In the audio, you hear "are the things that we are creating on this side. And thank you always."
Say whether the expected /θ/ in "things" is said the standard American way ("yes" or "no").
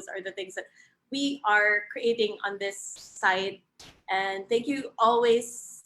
yes